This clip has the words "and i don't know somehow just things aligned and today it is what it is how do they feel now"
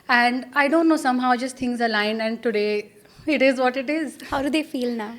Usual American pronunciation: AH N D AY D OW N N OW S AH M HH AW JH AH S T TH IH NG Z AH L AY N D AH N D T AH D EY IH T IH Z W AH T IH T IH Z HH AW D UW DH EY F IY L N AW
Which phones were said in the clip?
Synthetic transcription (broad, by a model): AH N D AY D OW N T OW S AH M HH AW JH AH S T T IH NG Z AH L AY N AH N D T AH D EY IH T IH Z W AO T IH T IH Z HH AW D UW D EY F IY L N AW